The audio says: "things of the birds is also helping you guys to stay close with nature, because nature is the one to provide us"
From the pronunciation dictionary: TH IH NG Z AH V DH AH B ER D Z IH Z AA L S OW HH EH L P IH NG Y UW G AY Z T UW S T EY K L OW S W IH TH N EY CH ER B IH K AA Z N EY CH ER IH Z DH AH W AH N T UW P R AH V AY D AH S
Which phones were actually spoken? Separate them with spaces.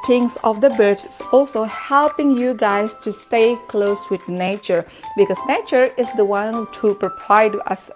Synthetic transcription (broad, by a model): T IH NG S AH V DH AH B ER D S AA L S OW HH EH L P IH NG Y UW G AY S T UW S T EY K L OW S W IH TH N EY CH ER B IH K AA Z N EY CH ER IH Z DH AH W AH N T UW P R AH P AY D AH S